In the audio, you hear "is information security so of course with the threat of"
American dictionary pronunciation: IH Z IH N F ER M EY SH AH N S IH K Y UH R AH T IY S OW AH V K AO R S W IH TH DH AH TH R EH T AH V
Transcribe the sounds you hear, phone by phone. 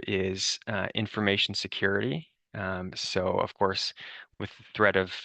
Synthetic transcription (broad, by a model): IH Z IH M F ER M EY SH N S IH K Y UH R AH T IY S OW AH V K AO R S W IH DH AH TH R EH T AH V